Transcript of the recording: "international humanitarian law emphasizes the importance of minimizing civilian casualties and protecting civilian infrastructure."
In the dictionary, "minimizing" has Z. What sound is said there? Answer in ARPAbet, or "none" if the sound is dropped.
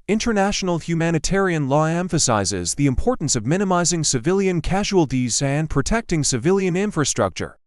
Z